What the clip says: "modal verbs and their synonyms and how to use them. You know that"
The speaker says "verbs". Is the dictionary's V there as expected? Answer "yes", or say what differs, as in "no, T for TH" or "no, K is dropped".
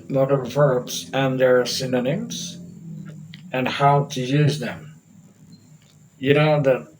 yes